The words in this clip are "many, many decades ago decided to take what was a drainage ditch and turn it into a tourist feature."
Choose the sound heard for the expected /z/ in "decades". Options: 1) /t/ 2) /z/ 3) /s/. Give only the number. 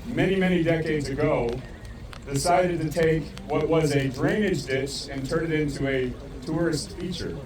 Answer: 2